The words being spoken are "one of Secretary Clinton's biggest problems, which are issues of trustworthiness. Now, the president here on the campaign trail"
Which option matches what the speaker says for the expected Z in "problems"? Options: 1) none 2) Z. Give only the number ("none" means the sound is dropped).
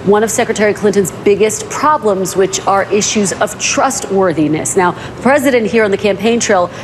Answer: 2